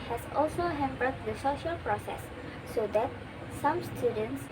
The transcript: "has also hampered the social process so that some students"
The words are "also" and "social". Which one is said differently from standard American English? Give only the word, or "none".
none